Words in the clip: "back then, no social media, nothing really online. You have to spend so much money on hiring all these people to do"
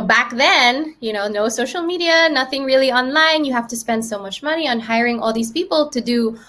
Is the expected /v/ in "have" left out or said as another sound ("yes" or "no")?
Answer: yes